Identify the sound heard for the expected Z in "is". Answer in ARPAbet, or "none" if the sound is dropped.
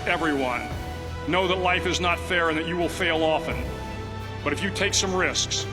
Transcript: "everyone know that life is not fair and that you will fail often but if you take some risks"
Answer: Z